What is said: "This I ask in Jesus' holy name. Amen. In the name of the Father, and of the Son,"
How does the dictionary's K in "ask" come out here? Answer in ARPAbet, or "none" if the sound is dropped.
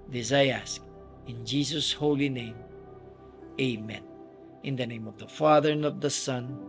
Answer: K